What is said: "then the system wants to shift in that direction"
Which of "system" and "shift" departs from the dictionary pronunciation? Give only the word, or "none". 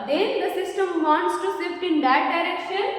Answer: shift